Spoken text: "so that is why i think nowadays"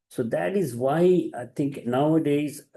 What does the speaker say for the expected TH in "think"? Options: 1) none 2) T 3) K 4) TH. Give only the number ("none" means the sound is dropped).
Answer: 2